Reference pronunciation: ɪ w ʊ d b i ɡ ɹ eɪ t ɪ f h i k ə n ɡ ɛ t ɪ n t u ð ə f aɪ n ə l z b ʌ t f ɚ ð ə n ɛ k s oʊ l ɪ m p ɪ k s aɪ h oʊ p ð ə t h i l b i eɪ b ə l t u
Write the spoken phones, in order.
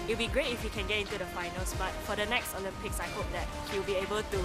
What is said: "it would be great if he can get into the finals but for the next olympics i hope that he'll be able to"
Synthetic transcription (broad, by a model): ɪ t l b i ɡ ɹ eɪ t ɪ f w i k ə n ɡ ɛ t ɪ n t u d ə f aɪ n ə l s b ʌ t f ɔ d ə n ɛ k s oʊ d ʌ p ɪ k s aɪ h oʊ p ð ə t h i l b i eɪ b ə l t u